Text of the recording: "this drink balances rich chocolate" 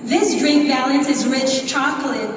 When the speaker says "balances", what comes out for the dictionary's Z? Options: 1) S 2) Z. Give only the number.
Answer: 2